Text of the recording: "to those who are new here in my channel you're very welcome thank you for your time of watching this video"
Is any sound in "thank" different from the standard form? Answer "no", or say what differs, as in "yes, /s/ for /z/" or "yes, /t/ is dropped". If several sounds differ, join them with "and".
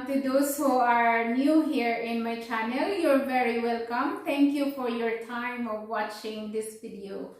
yes, /t/ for /θ/